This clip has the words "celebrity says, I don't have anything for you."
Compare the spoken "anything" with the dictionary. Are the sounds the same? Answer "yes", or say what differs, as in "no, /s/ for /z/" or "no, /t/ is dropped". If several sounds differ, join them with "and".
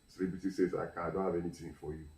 no, /t/ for /θ/